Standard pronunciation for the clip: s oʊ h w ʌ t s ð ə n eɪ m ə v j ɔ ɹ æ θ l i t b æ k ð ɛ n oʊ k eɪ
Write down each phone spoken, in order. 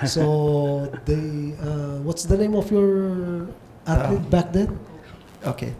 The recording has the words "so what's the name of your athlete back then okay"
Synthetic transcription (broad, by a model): s oʊ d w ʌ t s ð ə n eɪ m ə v j ɔ ɹ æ t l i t b æ k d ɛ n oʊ k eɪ